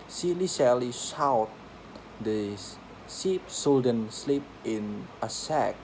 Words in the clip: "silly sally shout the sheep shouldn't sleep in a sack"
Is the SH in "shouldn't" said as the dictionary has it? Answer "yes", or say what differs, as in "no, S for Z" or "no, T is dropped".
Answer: no, S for SH